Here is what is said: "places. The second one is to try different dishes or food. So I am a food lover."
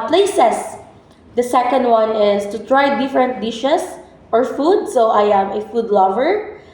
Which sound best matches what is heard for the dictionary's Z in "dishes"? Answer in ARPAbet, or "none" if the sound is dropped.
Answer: S